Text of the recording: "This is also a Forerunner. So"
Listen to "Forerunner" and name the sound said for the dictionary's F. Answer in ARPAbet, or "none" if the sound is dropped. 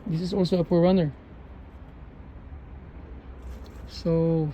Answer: P